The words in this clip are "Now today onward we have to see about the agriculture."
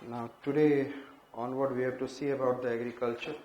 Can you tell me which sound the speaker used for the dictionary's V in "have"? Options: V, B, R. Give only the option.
B